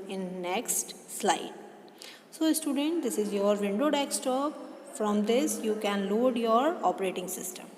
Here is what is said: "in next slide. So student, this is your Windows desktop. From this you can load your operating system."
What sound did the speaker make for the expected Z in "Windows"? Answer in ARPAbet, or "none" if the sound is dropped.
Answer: none